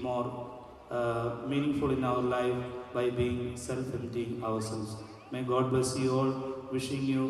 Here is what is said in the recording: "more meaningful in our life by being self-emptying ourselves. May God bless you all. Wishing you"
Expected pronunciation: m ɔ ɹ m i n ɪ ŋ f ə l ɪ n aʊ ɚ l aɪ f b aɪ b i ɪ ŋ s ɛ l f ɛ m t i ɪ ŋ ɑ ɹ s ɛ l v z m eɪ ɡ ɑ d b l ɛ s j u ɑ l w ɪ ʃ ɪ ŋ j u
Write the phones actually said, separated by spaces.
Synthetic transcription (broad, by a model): m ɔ ɹ m i n ɪ ŋ f ə l ɪ n aʊ ɚ l aɪ f b aɪ b i ɪ ŋ s ɛ l f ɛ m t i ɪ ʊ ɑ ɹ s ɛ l z m eɪ ɡ ɑ d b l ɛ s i ɑ l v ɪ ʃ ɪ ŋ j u